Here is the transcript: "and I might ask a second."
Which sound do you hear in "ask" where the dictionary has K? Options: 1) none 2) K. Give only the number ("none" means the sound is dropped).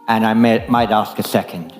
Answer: 2